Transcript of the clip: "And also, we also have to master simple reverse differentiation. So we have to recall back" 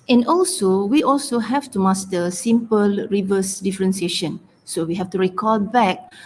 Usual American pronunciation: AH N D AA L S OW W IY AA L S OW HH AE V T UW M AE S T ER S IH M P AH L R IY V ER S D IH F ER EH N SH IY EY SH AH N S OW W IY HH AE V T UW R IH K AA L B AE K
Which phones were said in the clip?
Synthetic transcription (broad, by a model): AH N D AA L S OW W IY AA L S OW HH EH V T UW M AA S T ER S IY M P AH L R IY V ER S D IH F ER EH N S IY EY SH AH N S OW W IY HH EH F T UW R IH K AA L B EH K